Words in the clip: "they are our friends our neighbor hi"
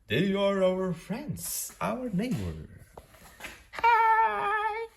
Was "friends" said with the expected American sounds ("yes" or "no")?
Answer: yes